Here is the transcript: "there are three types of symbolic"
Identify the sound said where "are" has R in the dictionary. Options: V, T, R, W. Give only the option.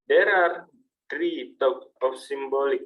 R